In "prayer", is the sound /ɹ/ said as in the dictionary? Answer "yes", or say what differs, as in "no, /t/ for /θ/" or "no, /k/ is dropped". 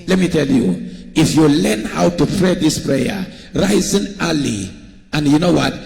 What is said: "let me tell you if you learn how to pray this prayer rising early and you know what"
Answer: yes